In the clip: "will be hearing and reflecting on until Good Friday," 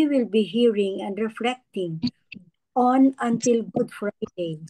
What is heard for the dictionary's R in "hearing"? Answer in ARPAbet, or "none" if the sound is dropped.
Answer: R